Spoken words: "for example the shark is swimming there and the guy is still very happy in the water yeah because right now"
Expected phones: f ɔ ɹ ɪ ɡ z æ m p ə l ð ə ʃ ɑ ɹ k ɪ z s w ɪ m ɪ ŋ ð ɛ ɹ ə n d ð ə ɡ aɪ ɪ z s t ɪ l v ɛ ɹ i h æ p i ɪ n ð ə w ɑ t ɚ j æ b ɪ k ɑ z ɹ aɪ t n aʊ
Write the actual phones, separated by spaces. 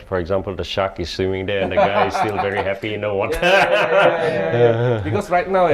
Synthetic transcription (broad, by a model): f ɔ ɹ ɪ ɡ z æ m p ə l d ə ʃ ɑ k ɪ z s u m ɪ ŋ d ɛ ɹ ə n d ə ɡ aɪ ɪ z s s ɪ l v ɛ ɹ i h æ p i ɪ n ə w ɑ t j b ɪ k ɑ s ɹ aɪ t n aʊ